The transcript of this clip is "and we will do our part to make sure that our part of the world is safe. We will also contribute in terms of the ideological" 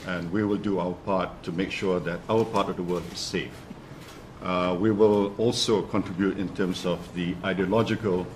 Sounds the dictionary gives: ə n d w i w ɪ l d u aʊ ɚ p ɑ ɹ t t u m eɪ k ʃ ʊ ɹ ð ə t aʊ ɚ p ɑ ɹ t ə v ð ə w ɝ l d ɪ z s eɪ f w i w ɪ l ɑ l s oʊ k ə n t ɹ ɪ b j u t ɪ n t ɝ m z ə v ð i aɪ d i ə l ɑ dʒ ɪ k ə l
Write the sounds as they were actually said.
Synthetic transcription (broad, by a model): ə n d w i w ɪ l d u aʊ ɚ p ɑ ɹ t t u m eɪ k ʃ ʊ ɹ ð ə t aʊ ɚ p ɑ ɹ t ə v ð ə w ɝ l ɪ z s eɪ f w i w ɪ l ɑ l s oʊ k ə n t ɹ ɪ b j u t ɪ n t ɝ m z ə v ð i aɪ d i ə l ɑ dʒ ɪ k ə l